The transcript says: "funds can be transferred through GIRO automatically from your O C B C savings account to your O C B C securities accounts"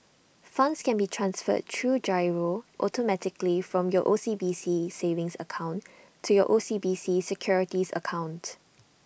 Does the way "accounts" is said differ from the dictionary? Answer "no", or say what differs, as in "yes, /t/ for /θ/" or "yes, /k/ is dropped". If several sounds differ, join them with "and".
yes, /s/ is dropped